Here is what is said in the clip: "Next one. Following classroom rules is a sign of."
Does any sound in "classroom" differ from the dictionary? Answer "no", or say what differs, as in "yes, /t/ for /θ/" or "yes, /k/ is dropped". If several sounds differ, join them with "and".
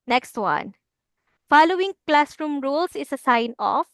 no